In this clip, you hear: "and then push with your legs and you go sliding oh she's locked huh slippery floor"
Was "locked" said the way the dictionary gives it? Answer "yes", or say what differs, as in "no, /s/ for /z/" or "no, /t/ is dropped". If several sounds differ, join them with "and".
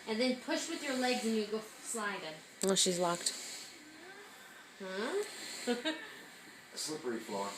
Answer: yes